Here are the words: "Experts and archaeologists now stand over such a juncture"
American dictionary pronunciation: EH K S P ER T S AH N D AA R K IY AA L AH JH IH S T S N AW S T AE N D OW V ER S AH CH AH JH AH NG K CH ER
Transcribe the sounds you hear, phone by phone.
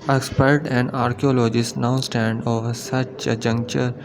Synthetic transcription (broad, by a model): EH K S P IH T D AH N AA R K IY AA L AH JH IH S T N AW S T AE N D OW V ER S AH CH AH JH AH NG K CH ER